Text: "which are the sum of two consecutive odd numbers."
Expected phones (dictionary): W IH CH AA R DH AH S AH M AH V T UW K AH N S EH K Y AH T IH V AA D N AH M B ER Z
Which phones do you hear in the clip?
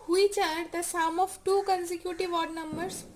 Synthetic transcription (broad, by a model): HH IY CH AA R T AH S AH M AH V T UW K AH N S EH K Y AH T IH V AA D N AH M B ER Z